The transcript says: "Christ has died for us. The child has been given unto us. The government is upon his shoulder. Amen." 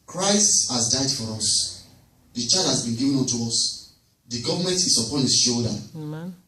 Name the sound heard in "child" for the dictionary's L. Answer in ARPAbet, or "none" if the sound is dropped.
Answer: none